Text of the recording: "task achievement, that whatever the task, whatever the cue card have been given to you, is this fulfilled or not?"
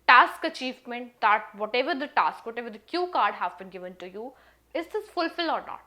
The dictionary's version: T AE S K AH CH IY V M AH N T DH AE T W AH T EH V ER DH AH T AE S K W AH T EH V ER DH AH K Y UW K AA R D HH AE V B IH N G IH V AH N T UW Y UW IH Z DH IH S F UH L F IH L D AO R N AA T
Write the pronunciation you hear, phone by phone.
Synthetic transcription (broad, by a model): T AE S K AH CH IY V M AH N T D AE T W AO T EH V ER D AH T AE S K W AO T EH V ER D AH K Y UW K AA R D HH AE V B IH N G IH V AH N T UW Y UW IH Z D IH S F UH L F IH L AO R N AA T